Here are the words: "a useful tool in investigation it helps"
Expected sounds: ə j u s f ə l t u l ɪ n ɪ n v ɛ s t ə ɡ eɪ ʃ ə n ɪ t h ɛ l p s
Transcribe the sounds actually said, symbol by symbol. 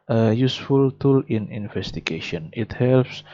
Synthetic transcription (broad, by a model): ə j u s f ə l t u l ɪ n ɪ n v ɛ s t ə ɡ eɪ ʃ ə n ɪ t h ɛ l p s